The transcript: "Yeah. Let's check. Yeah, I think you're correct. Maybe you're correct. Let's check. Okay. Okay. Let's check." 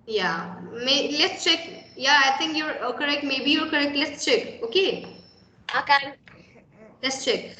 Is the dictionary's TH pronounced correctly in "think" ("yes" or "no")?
no